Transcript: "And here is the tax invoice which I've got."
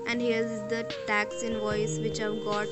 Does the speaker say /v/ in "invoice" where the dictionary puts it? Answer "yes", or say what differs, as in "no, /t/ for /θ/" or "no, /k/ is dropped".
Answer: yes